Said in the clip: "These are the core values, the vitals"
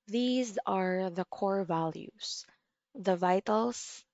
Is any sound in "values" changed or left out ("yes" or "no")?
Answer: yes